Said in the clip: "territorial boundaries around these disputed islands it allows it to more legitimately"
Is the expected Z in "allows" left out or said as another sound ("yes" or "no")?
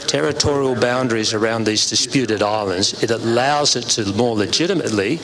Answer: no